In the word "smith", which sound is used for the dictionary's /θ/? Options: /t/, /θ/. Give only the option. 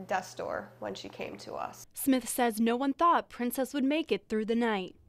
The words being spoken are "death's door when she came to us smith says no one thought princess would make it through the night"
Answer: /θ/